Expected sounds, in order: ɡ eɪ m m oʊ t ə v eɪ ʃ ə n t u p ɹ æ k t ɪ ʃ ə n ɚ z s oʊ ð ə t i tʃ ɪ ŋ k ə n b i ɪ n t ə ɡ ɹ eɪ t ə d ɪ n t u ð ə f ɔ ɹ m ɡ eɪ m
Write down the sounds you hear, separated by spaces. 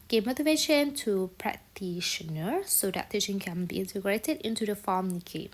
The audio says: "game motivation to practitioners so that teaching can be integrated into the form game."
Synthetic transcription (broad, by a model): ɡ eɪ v m oʊ t ə v eɪ ʃ ə n t u p ɹ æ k t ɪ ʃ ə n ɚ s oʊ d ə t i ʃ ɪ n k ə n b i ɪ n t ə ɡ ɹ eɪ t ə d ɪ n t u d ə f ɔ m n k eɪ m